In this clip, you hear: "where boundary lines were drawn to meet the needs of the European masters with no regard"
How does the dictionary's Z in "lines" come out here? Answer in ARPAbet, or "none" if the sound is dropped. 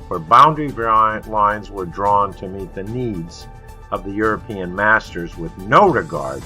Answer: Z